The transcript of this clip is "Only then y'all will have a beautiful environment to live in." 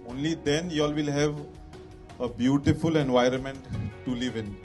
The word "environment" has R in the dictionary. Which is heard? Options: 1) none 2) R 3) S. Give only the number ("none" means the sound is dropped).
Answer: 2